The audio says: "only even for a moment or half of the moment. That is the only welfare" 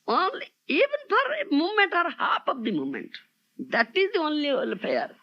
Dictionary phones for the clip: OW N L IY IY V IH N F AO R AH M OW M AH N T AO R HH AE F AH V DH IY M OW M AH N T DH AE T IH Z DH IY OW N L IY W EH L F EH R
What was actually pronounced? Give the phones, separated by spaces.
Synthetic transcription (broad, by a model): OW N L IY IY V IH N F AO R M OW M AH N T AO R HH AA P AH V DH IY M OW M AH N T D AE T IH Z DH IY OW N L IY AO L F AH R